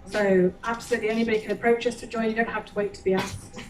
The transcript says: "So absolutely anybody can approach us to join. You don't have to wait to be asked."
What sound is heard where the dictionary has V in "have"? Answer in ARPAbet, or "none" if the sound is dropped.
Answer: F